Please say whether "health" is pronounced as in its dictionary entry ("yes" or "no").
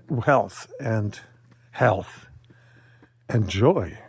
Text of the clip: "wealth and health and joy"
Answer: yes